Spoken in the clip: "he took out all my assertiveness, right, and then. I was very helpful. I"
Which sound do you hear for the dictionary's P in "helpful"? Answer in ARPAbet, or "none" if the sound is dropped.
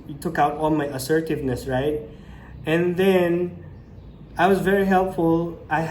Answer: P